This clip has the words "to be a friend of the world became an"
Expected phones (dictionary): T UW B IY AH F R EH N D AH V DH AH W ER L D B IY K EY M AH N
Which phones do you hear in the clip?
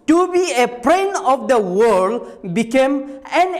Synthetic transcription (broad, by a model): T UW B IY AH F R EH N AH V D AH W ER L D B IY K EY M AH N